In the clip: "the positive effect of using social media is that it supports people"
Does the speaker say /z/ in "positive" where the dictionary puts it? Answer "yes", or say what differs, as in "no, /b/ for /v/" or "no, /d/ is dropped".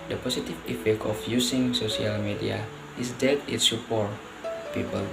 no, /s/ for /z/